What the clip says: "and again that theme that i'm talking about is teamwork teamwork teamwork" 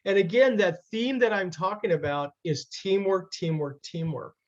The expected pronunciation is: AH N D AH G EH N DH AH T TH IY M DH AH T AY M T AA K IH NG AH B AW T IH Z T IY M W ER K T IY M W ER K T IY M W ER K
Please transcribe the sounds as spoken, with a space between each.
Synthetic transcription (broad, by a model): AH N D AH G EH N DH AH T TH IY M DH AH T AY M T AA K IH NG AH B AW T IH Z T IY M W ER K T IY M W ER K T IY M W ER K